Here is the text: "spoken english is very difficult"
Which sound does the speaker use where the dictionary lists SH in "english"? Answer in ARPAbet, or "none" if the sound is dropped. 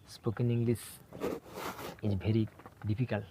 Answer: S